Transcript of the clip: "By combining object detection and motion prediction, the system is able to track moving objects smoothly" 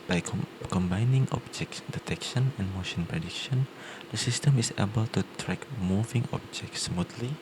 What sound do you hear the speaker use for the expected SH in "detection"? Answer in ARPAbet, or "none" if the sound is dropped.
SH